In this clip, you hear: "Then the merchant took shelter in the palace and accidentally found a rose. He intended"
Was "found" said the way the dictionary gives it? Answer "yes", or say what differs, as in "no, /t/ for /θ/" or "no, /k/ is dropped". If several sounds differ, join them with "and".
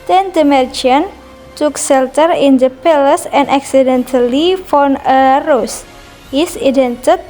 no, /d/ is dropped